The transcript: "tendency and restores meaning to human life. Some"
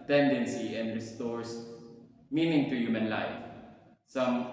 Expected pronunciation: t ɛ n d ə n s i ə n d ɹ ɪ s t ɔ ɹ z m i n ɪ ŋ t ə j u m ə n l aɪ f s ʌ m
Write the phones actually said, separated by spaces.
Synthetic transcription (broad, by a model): t ɛ n d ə n s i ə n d ɹ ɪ s t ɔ ɹ s m i n ɪ ŋ t ə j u m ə n l aɪ f s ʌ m